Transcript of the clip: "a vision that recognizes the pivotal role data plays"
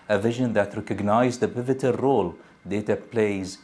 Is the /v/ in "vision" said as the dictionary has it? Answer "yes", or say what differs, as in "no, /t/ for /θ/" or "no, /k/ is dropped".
yes